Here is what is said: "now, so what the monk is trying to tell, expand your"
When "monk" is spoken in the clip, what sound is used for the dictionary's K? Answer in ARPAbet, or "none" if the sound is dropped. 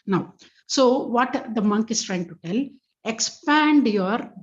K